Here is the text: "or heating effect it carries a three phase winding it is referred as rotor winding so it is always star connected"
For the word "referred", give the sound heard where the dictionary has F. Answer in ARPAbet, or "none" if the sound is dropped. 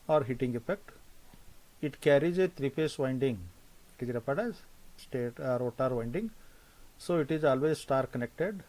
P